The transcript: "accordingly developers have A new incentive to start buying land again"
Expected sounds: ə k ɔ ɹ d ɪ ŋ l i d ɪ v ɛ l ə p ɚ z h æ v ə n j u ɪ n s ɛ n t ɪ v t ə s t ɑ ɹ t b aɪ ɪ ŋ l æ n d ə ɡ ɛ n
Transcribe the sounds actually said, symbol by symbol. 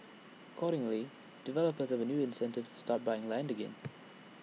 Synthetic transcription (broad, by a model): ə k ɔ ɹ d ɪ ŋ l i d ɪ v ɛ l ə p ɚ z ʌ v ə n j u ɪ n s ɛ n t ɪ v t ə s t ɑ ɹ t b aɪ ɪ ŋ l æ n d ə ɡ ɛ n